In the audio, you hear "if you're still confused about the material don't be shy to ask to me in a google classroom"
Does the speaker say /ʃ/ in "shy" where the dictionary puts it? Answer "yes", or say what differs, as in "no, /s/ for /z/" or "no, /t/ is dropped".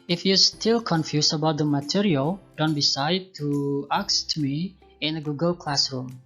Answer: no, /s/ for /ʃ/